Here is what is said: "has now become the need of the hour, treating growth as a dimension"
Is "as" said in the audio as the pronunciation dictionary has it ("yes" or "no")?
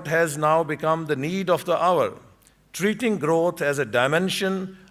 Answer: yes